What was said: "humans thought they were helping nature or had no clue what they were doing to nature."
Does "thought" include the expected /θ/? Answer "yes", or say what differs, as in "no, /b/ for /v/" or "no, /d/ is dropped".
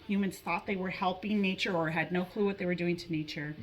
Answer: yes